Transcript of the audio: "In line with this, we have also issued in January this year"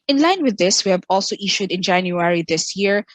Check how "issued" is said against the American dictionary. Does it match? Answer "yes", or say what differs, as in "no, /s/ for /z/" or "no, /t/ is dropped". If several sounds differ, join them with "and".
yes